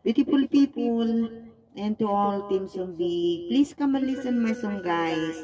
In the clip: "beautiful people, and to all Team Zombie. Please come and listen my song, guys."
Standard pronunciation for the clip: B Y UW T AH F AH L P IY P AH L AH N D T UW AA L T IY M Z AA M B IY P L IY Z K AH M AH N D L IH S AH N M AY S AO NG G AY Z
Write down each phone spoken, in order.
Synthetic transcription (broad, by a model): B Y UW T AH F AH L P IY P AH L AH N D T UW AA L T IY M S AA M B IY P L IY S K AH M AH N L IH S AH N M AY S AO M G AY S